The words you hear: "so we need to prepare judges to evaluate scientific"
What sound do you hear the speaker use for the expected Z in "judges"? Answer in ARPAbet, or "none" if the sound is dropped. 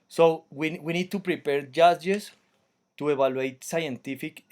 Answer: S